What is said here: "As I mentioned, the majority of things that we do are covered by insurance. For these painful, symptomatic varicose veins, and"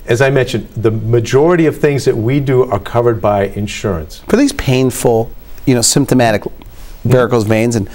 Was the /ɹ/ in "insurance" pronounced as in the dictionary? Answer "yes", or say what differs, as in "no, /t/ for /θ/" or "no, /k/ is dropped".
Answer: yes